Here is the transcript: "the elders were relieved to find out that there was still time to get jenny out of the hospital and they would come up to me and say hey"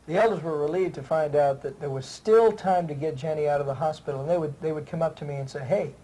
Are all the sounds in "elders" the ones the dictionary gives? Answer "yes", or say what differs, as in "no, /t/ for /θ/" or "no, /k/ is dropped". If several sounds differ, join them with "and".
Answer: yes